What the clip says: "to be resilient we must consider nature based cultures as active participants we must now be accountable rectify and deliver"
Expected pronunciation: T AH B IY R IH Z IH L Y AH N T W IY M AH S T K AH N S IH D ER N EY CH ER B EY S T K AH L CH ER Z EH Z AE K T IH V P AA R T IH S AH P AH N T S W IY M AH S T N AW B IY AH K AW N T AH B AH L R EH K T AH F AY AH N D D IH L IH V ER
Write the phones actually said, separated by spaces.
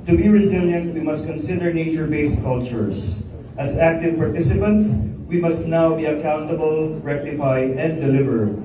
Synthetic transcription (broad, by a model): T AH B IY R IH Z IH L Y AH N T W IY M AH S T K AH N S IH D ER N EY CH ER B EY S T K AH L CH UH S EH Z AE K T IH V P AA R T IH S AH P AH N T S W IY M AH S T N AW B IY AH K AW N T AH B AH L R EH K T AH F AY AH N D D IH L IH V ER